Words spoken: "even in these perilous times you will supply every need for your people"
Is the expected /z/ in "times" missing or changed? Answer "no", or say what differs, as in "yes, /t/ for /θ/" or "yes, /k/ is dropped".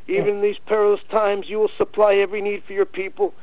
no